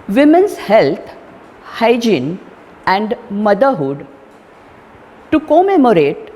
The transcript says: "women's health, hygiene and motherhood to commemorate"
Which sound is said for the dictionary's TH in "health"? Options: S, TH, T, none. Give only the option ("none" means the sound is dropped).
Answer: T